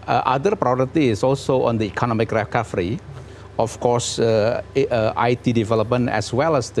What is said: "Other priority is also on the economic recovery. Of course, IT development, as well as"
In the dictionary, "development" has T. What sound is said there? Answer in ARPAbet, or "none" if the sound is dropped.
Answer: none